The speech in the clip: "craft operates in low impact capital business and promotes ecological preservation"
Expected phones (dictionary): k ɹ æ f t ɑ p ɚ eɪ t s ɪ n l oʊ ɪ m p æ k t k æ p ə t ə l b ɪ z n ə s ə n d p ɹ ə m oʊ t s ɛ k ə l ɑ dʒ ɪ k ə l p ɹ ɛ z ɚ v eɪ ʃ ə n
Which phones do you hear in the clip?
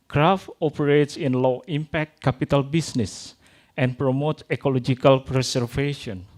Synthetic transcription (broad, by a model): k ɹ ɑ f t ɑ p ɚ eɪ t s ɪ n l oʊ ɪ m p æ k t k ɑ p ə t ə l b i s n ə s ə n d p ɹ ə m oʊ t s ɛ k ə l ɑ dʒ ɪ k ə l p ɹ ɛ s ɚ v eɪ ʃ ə n